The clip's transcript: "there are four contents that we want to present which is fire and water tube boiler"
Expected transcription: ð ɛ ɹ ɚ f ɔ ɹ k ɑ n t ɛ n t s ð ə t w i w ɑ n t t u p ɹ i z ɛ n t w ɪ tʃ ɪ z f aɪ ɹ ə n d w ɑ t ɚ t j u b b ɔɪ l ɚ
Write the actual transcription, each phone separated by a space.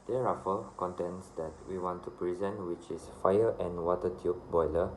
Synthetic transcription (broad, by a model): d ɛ ɹ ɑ f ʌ l k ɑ n t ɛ n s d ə t w i w ɑ n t t u p ɹ i z ɛ n t w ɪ tʃ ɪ s f aɪ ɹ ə n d w ɑ t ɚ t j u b b ɔɪ l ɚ